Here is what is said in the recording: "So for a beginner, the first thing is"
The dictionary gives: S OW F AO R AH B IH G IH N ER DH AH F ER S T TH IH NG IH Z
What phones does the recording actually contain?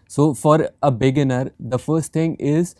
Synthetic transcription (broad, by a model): S OW F AO R AH B IH G IH N ER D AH F ER S T T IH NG IH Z